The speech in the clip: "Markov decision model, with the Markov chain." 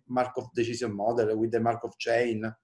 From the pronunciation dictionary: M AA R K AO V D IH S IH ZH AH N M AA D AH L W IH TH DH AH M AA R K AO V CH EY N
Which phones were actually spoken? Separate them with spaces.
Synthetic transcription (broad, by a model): M AA R K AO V D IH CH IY Z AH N M AA D AH L W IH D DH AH M AA R K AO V CH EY N